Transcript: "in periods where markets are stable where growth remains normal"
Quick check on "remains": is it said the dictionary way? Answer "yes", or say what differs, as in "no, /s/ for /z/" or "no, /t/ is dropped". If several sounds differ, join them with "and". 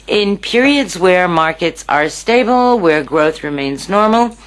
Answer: yes